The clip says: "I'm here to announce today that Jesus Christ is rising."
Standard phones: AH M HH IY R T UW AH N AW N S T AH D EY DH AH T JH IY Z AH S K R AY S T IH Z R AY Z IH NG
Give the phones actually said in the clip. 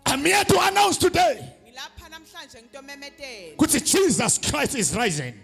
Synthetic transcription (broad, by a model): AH M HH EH T UW AH N AW N S T AH D EY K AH T JH IY Z AH S K R AY S T IH Z R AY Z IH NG